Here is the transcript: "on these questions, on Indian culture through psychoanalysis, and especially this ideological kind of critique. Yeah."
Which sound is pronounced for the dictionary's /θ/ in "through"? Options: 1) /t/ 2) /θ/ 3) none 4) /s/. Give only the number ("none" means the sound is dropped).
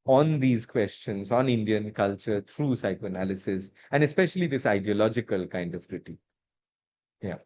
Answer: 1